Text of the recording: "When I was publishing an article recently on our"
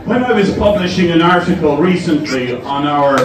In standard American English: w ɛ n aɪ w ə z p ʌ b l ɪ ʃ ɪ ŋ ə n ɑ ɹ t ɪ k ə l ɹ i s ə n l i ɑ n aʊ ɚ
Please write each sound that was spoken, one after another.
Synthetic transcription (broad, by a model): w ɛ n aɪ w ə z p ʌ b l ɪ ʃ ɪ ŋ ə n ɑ ɹ t ɪ k ə l ɹ i s ə n l i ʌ n aʊ ɚ